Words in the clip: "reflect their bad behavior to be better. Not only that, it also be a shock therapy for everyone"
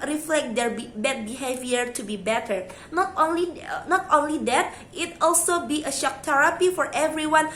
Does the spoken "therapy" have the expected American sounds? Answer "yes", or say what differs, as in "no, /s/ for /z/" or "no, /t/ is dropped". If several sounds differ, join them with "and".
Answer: no, /t/ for /θ/